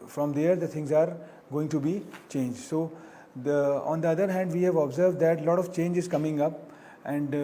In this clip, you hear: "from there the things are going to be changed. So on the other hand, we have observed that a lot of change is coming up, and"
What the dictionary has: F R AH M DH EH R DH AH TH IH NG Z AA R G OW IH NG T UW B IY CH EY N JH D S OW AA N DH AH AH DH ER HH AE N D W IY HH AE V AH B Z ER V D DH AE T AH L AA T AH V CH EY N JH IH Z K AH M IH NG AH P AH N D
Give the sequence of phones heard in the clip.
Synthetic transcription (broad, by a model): F R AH M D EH R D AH T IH NG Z AA R G OW IH NG T UW B IY CH EY N JH D S OW AA N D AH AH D ER HH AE N D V IY HH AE V AH B Z ER V D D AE T L AA T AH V CH EY N JH IH Z K AH M IH NG AH P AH N D